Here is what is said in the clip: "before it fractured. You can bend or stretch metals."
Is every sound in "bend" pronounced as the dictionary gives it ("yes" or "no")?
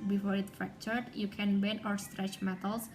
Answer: no